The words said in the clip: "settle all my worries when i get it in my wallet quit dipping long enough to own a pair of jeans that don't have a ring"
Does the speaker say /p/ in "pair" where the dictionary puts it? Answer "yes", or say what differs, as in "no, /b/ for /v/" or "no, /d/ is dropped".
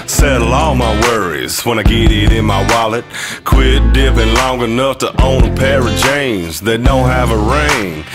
yes